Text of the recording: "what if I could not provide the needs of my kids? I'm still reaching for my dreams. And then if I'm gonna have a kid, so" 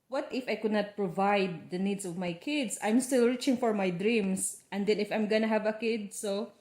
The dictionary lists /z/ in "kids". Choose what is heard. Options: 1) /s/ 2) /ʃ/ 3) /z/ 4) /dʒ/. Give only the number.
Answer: 1